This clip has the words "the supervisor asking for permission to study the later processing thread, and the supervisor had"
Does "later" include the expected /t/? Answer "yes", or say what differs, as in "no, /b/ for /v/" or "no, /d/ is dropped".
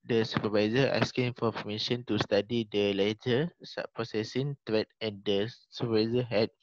no, /s/ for /t/